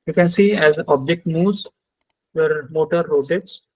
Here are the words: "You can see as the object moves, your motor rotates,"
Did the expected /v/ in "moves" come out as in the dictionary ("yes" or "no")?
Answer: no